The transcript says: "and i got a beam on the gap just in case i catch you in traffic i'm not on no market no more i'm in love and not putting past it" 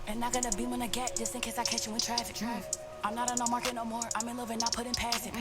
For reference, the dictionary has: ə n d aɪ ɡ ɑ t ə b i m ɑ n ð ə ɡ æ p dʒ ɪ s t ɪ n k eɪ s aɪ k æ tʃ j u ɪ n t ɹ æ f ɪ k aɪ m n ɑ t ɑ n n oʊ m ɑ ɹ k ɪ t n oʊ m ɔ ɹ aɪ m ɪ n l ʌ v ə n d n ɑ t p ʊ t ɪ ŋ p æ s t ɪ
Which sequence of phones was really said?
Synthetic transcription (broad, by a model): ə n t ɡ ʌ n ə b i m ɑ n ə ɡ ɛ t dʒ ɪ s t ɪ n k eɪ s aɪ k æ tʃ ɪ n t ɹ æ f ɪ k aɪ m n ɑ t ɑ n n oʊ m ɑ ɹ k ɪ t n oʊ m ɔ ɹ aɪ m ɪ n l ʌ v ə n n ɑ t p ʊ t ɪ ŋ p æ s ɪ